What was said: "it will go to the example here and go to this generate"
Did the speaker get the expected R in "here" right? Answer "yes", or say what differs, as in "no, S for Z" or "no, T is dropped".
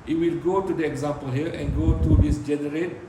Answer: no, L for R